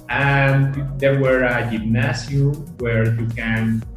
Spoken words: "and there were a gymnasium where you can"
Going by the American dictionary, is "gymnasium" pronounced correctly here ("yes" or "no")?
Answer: no